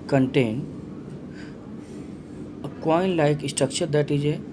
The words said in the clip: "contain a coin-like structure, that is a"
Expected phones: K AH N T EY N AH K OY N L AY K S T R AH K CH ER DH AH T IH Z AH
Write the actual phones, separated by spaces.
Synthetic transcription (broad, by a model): K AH N T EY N AH K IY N L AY K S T AH K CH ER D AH T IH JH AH